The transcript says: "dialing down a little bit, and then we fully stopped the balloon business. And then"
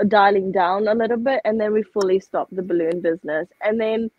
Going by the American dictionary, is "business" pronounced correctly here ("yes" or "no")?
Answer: yes